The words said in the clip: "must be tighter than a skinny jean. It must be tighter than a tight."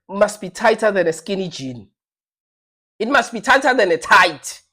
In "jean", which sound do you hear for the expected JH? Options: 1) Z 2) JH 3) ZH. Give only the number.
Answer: 2